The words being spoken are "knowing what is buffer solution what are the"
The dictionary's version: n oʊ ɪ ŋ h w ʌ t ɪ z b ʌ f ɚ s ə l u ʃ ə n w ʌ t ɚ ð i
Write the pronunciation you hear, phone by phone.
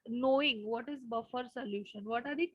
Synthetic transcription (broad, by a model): n oʊ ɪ ŋ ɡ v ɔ t ɪ z b ʌ f ɚ s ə l u ʃ ə n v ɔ t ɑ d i